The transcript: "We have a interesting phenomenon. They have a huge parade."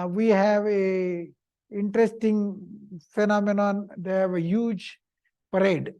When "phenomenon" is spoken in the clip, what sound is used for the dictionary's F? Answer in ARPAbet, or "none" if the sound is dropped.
F